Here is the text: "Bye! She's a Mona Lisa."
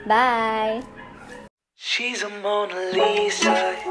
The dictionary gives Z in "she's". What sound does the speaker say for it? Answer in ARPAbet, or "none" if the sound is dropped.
Z